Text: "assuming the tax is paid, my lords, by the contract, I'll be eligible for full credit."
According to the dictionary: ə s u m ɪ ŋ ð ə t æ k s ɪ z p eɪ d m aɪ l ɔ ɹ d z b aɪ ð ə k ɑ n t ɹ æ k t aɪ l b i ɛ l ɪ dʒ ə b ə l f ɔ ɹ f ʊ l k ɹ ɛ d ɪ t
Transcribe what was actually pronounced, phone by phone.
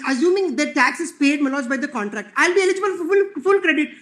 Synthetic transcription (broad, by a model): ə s u m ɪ ŋ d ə t æ k s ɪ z p eɪ d m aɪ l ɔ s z b aɪ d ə k ɑ n t ɹ æ k t aɪ l b i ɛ l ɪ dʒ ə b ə l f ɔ l f ʊ l k ɹ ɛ d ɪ t